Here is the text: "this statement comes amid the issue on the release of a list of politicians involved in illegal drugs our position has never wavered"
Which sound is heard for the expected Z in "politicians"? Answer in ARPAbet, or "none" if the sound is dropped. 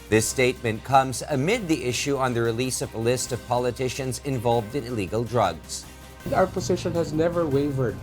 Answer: Z